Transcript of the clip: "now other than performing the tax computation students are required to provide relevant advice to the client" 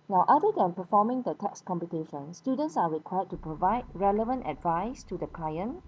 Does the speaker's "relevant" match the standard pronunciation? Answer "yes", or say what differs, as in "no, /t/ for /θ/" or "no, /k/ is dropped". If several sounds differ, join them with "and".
yes